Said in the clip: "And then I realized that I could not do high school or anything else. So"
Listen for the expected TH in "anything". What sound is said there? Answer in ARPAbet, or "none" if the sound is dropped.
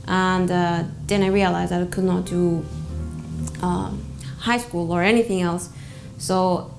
TH